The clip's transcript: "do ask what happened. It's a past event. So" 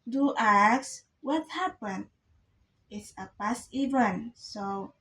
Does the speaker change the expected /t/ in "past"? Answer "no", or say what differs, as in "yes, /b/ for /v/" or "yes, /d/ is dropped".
yes, /t/ is dropped